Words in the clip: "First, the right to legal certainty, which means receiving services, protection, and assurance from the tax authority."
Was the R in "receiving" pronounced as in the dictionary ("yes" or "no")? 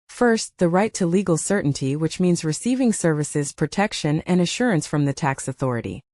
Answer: yes